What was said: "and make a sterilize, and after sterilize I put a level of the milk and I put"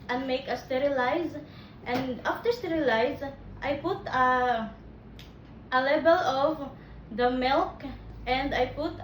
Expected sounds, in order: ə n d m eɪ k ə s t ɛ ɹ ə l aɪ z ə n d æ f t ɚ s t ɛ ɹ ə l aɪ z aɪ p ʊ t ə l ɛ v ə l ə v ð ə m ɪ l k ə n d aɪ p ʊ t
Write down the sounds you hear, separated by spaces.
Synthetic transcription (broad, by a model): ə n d m eɪ k ə s t ɛ ɹ ə l aɪ z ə n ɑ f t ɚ s t ɛ ɹ ə l aɪ z aɪ p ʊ t ə l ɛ b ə l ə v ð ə m ɪ l k ə n d aɪ p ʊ t